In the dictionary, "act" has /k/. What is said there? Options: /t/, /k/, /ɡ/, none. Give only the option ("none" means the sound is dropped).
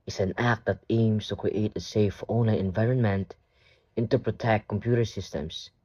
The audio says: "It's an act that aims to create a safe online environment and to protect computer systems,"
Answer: /k/